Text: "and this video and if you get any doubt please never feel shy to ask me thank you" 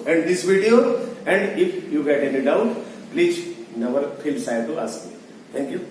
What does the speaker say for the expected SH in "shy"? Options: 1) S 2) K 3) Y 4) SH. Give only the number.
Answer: 1